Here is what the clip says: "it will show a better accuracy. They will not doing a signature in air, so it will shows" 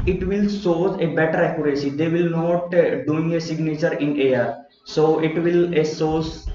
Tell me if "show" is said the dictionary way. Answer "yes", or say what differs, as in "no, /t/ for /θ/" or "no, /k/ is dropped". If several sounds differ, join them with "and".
no, /s/ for /ʃ/